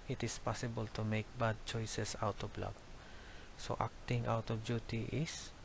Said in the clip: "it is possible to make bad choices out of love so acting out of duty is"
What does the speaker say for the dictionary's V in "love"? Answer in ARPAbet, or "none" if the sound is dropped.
B